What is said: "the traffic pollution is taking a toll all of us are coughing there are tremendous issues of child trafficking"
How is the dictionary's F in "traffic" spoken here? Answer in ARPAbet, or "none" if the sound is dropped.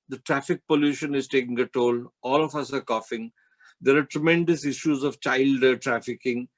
F